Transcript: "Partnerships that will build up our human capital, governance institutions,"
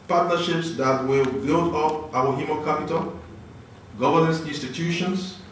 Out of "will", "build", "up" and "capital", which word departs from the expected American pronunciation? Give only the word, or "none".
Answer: none